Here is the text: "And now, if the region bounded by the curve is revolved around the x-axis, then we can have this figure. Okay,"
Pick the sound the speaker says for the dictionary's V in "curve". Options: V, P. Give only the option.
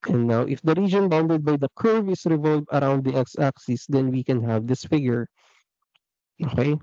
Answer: V